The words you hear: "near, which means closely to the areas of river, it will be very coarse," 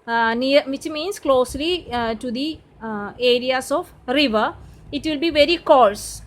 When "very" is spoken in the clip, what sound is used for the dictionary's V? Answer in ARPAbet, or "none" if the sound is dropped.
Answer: V